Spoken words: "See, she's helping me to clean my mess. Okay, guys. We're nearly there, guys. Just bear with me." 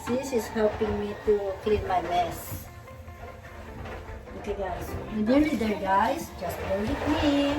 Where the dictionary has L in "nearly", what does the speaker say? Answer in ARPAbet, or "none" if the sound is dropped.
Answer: none